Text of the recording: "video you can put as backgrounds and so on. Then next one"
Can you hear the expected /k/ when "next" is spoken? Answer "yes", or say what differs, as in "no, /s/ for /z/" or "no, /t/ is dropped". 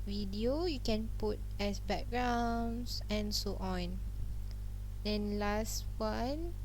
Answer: no, /k/ is dropped